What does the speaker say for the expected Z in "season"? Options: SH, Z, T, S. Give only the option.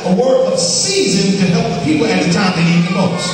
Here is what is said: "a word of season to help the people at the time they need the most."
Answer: Z